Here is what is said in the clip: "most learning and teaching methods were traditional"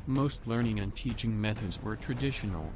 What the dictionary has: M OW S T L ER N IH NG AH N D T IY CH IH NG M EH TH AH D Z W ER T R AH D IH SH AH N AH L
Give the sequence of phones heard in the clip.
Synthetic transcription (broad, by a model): M OW S T L ER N IH NG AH N T IY CH IH NG M EH TH AH D Z W ER T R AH D IH SH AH N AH L